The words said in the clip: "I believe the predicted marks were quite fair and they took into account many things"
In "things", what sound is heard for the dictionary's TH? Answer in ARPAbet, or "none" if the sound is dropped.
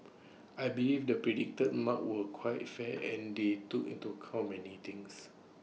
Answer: T